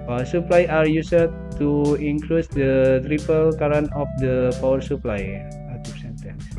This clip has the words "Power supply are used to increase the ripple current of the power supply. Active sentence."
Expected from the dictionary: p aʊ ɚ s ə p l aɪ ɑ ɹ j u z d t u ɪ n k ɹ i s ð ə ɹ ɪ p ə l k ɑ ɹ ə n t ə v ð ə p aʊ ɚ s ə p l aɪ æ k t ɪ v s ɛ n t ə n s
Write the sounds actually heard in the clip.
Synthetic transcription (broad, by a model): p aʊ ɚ s ə p l aɪ ɑ ɹ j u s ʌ t u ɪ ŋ k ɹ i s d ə ɹ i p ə l k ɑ ɹ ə n ə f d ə p aʊ ɚ s ə p l aɪ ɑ t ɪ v s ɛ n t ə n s